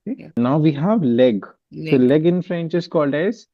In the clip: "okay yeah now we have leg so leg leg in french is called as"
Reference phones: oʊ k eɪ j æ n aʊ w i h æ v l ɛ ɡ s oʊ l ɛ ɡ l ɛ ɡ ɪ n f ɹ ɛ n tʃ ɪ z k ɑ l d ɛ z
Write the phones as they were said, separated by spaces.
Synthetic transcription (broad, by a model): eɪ n aʊ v i h æ v l ɛ ɡ s oʊ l l ɛ ɡ ɪ n f ɹ ɛ n tʃ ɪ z k ɑ l d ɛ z